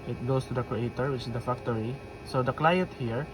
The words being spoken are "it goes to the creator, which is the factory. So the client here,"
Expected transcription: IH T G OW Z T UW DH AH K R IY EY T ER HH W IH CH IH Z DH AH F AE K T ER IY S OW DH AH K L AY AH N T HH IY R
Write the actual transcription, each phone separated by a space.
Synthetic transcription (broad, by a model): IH T G OW S T UW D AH K R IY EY T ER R W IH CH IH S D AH F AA K T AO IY S OW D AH K L AY AH N T HH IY R